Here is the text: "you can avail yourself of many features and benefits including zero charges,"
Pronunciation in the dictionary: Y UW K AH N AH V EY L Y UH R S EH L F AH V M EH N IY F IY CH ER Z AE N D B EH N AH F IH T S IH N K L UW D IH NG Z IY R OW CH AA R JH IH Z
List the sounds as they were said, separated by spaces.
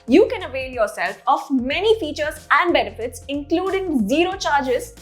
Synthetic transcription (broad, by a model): Y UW K AH N AH V EY L Y UH R S EH L F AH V M EH N IY F IY CH ER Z AE N D B EH N AH F IH T S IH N K L UW D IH NG Z IY R OW CH AA R JH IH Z